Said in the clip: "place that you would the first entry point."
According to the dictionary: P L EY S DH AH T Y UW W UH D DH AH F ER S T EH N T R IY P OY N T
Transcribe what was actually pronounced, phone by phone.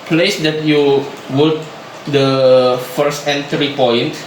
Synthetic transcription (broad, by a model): P L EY S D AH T Y UW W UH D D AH F ER S T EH N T R IY P OY N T